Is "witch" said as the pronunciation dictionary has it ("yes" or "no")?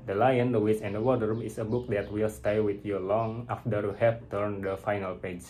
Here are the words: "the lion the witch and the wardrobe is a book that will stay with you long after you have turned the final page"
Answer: no